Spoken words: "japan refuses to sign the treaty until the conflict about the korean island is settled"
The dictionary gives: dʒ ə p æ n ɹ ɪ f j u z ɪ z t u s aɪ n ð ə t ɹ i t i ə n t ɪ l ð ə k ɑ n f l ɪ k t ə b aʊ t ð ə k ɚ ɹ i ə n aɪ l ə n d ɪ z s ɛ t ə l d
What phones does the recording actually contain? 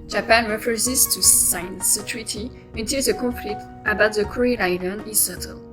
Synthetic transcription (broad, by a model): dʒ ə p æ n ɹ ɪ f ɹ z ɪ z t u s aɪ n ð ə t ɹ i t i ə n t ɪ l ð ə k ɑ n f l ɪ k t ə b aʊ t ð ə k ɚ ɹ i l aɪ n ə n ɪ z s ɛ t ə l